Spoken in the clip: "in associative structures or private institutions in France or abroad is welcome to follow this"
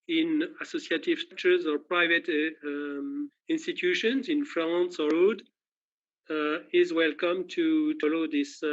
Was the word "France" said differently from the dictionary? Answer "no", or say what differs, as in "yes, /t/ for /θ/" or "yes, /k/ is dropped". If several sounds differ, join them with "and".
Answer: yes, /l/ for /ɹ/